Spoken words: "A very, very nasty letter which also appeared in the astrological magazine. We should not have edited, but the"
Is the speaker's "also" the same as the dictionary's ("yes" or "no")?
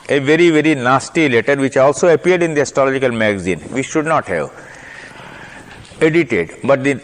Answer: yes